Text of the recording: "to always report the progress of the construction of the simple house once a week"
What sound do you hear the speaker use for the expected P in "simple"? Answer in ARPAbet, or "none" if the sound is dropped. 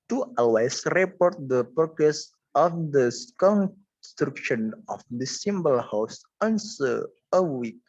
B